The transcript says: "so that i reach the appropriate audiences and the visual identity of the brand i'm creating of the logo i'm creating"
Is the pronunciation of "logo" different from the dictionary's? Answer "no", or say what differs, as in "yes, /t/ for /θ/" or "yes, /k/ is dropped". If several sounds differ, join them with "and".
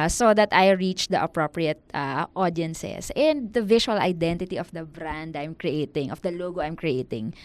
no